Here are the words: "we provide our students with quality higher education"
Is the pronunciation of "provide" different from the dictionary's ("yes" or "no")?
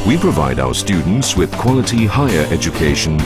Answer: no